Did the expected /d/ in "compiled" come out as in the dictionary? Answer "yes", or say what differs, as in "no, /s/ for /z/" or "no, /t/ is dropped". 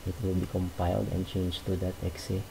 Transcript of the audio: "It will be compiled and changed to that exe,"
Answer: yes